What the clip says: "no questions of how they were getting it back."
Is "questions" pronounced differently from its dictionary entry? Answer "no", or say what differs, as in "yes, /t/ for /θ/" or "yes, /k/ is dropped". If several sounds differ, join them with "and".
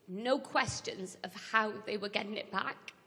no